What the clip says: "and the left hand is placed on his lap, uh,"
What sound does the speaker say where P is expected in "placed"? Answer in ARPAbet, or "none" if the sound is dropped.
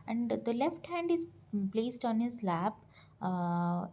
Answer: P